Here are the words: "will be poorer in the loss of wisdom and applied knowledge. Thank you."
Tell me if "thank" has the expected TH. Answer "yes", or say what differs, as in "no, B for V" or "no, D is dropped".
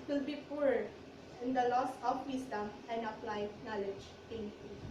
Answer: no, T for TH